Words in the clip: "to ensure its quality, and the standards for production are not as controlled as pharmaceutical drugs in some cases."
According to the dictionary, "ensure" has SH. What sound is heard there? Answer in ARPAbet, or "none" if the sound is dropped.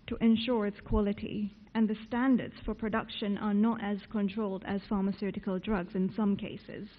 SH